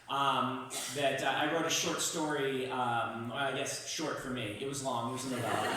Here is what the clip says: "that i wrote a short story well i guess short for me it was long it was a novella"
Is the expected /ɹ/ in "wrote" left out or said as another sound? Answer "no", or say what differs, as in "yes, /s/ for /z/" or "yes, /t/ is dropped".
no